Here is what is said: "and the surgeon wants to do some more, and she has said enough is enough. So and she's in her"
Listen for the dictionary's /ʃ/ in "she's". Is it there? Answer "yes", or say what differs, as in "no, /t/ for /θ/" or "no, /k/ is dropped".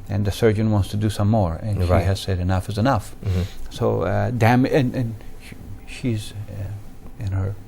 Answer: yes